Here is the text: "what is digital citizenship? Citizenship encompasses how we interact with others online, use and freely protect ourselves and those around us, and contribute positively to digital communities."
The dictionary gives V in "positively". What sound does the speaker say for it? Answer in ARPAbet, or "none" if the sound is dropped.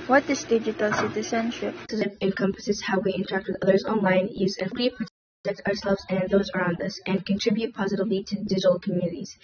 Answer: V